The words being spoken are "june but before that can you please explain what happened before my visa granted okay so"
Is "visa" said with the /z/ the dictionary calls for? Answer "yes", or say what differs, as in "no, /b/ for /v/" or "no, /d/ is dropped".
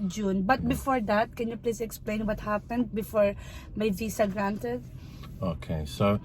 no, /s/ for /z/